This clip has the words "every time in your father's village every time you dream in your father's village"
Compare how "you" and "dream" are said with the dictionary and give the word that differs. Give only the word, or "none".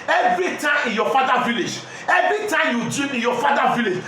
dream